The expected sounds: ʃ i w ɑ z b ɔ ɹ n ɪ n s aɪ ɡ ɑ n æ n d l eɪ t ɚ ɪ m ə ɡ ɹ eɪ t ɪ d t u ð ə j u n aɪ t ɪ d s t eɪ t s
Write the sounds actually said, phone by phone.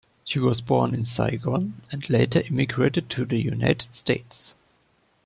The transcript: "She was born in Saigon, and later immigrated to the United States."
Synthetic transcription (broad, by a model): ʃ i w ɑ z b ɔ ɹ n ɪ n s aɪ ɡ ɑ n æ n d l eɪ t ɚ ɪ m ə ɡ ɹ eɪ t ɪ d t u ð ə j u n aɪ t ɪ d s t eɪ t s